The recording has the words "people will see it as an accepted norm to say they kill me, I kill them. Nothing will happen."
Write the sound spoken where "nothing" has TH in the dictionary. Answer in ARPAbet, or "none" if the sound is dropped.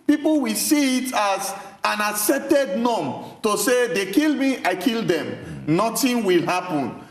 T